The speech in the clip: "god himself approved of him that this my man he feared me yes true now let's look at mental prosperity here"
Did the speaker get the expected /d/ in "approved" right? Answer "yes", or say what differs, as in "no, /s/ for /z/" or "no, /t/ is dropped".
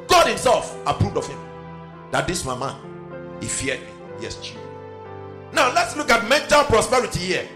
yes